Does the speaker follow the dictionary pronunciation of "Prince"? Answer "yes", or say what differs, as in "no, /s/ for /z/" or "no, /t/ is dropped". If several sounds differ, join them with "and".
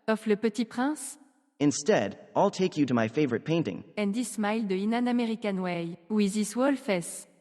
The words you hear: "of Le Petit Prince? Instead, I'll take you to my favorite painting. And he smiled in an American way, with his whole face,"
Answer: no, /n/ is dropped